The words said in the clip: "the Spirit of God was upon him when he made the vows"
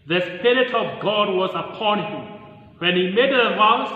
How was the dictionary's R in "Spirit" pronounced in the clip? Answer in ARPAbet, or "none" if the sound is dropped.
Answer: R